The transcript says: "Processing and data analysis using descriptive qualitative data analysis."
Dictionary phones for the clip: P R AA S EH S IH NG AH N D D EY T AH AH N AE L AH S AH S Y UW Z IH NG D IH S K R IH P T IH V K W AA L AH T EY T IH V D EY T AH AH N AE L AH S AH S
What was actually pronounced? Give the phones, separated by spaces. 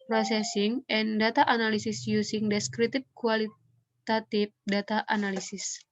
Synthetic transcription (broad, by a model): P R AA S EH S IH NG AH N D D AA T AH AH N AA L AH S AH S Y UW S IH NG D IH S K R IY T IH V K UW AA L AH T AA T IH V D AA T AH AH N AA L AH S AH S